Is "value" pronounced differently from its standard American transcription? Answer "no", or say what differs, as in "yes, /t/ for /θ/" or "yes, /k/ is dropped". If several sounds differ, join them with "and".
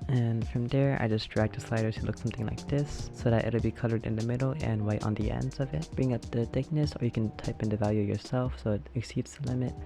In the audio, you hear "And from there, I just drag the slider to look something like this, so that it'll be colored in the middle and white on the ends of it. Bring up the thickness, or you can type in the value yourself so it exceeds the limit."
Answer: no